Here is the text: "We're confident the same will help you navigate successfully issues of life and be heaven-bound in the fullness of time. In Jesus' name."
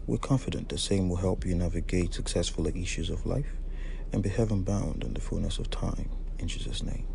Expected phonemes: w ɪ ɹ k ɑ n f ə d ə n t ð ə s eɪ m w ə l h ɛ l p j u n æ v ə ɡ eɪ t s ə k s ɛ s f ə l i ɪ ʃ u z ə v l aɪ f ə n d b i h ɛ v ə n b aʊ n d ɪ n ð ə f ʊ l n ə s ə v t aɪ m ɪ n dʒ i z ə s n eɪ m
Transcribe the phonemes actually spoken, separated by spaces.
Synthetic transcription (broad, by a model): w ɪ ɹ k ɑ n f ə d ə n ð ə s eɪ m w ə l h ɛ l p j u n æ v ə ɡ eɪ t s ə k s ɛ s f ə l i ɪ ʃ u z ə v l aɪ f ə n b i h ɛ v ə n b aʊ n d ɪ n ð ə f ʊ l n ə s ə v t aɪ m ɪ n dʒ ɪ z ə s n eɪ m